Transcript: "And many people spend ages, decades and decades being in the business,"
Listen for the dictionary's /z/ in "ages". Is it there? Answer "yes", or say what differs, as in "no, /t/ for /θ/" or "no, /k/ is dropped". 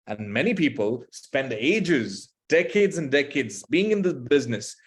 yes